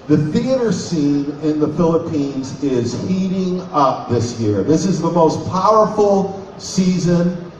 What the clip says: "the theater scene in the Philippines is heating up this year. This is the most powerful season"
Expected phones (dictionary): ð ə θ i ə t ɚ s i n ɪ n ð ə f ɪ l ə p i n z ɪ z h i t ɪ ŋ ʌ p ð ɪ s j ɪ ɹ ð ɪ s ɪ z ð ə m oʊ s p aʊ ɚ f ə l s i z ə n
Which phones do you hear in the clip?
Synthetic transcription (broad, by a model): ð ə θ i ə t ɚ s i n ɪ n ð ə f ɪ l ə p i n z ɪ z h i t ɪ ŋ ʌ p ð ɪ s j ɪ ɹ ð ɪ s ɪ z ð ə m oʊ s p aʊ ɚ f l s i z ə n